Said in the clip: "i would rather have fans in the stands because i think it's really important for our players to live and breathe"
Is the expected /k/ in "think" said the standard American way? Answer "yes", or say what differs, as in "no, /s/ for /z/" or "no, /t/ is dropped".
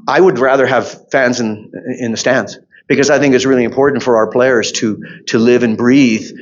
yes